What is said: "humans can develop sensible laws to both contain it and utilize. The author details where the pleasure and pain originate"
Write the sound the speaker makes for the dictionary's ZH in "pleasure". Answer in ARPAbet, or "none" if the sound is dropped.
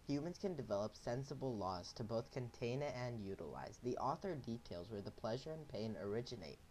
ZH